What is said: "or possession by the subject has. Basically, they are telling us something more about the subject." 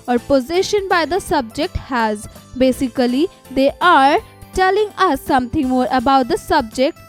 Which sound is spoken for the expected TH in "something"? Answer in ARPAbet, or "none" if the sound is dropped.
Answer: T